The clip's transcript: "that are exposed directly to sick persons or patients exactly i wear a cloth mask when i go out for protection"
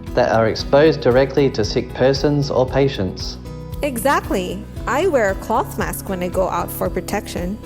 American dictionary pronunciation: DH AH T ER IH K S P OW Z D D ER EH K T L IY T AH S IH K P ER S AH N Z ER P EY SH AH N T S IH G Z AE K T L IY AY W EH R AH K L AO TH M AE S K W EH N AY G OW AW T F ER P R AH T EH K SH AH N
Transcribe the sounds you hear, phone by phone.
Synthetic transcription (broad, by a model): DH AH T ER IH K S P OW Z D D ER EH K T L IY T AH S IH K P ER S AH N Z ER P EY SH AH N T S IH G Z AE K T L IY AY W EH R AH K L AO TH M AE S K W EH N AY G OW AW T F ER P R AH T EH K SH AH N